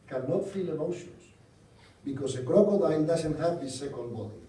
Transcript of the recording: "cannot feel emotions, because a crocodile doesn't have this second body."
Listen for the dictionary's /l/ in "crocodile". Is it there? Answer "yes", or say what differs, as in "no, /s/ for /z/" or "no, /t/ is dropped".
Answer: no, /n/ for /l/